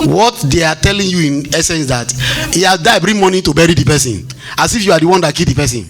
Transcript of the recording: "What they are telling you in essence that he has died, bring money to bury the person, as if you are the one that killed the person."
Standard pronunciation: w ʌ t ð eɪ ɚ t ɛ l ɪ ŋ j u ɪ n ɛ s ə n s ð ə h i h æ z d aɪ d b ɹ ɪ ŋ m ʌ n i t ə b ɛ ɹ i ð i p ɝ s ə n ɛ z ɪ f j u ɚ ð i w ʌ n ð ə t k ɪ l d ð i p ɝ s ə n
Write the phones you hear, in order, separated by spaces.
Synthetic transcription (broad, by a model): w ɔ t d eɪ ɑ t ɛ l ɪ ŋ j u ɪ n ɛ s ə n s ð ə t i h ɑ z d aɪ b ɹ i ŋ m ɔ n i t ə b ɛ ɹ i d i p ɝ s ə n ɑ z ɪ f j u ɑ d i w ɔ n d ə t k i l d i p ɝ s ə n